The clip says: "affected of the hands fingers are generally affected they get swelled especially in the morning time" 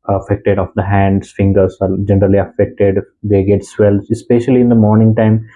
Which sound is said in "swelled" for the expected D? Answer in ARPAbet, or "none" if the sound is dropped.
none